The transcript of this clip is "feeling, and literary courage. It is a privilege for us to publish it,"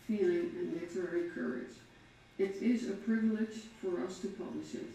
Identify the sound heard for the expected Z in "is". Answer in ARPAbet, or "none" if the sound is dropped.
Z